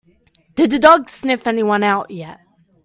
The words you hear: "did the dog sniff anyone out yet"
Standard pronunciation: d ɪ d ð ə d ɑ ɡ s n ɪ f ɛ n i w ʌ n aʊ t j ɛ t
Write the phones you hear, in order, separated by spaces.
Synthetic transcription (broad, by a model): d ɪ d ð ə d ɑ ɡ s n ɪ f ɛ n i w ʌ n aʊ t j ɛ t